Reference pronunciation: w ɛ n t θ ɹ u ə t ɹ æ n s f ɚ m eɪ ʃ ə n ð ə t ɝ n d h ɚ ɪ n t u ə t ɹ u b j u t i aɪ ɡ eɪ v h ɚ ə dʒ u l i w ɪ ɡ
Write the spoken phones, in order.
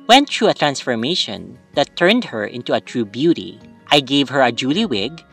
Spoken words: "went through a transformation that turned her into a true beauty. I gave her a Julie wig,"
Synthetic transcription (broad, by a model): w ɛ n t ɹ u ə t ɹ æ n s f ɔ m eɪ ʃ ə n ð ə t ɝ n d h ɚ ɪ n t u ə t ɹ u b j u t i aɪ ɡ eɪ v h ɚ ə dʒ u l i w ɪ ɡ